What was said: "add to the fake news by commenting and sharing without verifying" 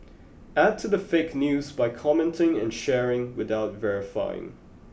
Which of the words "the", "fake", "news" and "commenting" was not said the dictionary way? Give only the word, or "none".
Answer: none